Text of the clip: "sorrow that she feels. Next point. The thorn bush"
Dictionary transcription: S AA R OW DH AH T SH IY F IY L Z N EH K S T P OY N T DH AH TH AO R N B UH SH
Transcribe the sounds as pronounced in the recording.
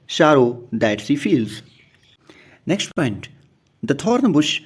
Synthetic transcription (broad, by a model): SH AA R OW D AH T S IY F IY L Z N EH K S T P OY N T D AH T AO R N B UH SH